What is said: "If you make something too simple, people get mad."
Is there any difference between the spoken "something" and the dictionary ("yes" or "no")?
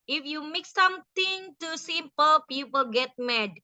yes